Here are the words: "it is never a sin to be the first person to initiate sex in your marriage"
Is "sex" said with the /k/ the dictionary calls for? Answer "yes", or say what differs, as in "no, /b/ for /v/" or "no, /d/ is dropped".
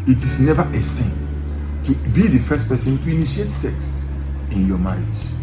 yes